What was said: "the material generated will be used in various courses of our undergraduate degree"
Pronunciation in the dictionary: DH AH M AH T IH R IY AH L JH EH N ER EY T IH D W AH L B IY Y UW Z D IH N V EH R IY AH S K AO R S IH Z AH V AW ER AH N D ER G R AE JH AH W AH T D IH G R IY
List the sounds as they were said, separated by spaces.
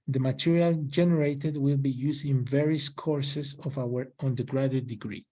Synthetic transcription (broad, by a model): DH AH M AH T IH R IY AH L JH EH N ER EY T IH D W AH L B IY Y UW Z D IH N V EH R IY AH S K AO R S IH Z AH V AW ER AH N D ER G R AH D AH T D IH G R IY